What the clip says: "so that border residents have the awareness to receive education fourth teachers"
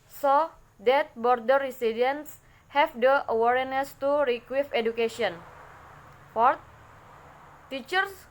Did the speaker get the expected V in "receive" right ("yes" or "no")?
no